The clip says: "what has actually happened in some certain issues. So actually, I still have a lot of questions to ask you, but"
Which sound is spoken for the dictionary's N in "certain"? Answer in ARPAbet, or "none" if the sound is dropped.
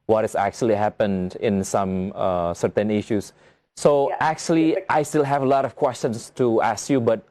N